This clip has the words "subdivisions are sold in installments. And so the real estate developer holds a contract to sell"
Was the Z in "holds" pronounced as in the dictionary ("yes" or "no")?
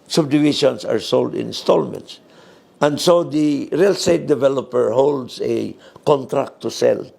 no